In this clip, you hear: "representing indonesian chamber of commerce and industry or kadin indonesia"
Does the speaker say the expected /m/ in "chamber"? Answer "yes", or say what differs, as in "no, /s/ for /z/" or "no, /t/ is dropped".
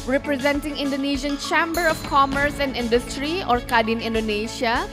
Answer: yes